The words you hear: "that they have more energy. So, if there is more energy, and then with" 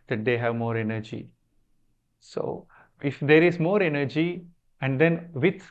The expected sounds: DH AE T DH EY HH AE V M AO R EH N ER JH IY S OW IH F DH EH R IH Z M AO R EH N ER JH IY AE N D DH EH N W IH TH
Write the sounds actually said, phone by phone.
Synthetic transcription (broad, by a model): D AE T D EY HH AE V M AO R EH N ER JH IY S OW IH F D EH R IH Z M AO R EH N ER JH IY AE N D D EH N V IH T